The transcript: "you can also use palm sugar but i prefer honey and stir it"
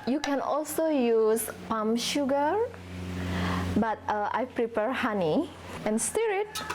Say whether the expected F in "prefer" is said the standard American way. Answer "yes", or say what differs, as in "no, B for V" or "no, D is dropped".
no, P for F